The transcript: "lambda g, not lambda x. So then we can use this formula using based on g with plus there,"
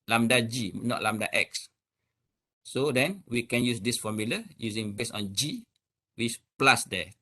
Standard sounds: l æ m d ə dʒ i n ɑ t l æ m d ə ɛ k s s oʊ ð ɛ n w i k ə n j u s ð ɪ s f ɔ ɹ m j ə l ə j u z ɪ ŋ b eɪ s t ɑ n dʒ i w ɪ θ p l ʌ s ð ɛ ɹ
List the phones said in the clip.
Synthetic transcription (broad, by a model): l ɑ m d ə dʒ i n ɑ t l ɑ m d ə ɛ k s s oʊ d ɛ n w i k ə n j u s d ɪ s f ɔ m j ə l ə j u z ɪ ŋ b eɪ s ɑ n dʒ i w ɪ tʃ p l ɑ s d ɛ